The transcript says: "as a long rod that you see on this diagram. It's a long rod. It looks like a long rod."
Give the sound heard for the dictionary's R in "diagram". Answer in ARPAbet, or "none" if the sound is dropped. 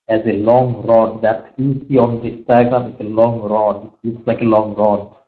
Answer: none